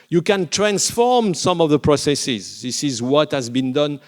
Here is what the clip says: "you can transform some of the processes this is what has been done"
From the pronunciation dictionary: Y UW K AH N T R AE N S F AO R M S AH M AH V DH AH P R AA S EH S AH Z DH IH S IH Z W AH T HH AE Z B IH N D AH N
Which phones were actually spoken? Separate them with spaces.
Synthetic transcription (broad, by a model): Y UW K AH N T R AE N S F AO R M S AH M AH V DH AH P R AA S EH S AH Z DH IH S IH Z W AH T HH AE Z B IH N D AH N